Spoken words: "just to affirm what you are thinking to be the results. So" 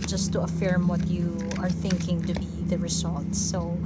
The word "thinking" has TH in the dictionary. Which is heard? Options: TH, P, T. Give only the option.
TH